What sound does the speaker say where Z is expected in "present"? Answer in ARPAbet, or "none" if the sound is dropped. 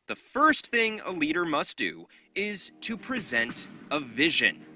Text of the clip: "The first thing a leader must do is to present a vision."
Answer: Z